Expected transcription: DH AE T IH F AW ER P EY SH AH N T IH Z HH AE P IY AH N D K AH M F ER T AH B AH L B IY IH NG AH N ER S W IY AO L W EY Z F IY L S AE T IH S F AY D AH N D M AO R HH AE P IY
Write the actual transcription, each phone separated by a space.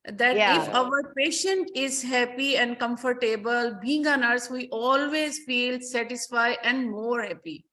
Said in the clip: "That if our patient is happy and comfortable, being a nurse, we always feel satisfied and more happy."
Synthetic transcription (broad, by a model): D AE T IH F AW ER P EY SH AH N T IH Z HH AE P IY AH N D K AH M F ER T AH B AH L B IY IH NG AH N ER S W IY AO L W EY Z F IY L S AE T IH S F AY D AH N D M AO R HH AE P IY